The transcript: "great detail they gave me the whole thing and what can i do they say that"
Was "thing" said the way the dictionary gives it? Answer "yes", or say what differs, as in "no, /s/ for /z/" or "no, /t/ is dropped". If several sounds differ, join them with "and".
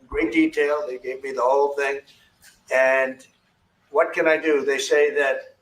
yes